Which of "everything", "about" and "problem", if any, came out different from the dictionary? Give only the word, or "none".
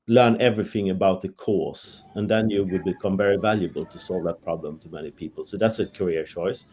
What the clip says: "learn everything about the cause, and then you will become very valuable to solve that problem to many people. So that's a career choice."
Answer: none